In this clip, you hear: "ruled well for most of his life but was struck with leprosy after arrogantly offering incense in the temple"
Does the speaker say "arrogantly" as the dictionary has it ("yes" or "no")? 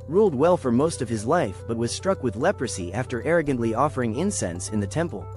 yes